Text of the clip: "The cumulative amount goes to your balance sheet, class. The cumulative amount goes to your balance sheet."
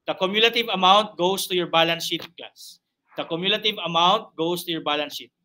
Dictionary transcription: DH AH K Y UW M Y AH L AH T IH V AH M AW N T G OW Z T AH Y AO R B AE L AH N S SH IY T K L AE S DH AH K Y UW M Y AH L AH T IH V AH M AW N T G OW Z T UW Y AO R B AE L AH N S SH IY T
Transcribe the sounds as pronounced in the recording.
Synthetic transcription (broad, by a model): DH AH K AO M Y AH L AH T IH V AH M AW N T G OW S T AH Y AO R B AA L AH N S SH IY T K AA S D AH K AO M Y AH L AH T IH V AH M AW N T G OW S T UW Y AO R B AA L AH N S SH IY T